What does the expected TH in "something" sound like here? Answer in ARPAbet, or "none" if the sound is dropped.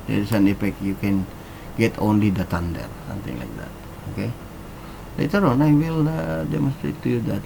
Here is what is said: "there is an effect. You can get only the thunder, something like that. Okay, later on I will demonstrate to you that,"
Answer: T